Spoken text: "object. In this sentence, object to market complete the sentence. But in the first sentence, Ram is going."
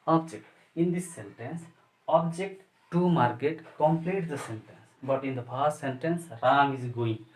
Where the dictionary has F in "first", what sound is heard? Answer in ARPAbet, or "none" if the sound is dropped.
P